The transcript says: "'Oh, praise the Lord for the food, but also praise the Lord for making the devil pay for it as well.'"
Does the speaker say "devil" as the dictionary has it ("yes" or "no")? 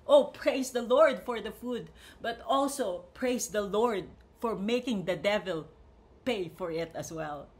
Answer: yes